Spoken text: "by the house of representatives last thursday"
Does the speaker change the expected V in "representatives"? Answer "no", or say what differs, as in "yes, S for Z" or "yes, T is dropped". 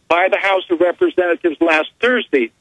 no